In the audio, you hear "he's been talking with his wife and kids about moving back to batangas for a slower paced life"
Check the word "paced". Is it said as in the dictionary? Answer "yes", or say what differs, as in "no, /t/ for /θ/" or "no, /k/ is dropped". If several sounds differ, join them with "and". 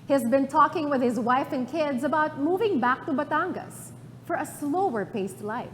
yes